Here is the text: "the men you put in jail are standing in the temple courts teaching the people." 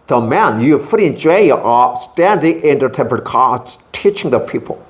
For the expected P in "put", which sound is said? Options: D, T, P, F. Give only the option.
F